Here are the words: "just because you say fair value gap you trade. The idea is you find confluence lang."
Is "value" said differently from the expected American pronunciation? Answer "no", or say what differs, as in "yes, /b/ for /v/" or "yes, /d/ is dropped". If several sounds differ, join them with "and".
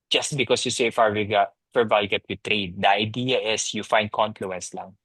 yes, /w/ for /v/